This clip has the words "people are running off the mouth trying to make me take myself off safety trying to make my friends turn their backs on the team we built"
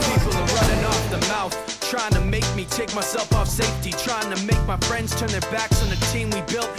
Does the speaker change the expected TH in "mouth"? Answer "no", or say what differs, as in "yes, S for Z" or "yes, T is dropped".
no